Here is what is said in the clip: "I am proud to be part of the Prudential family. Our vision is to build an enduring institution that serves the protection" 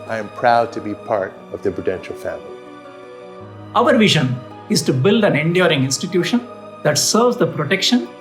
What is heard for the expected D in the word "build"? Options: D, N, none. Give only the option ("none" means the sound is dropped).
D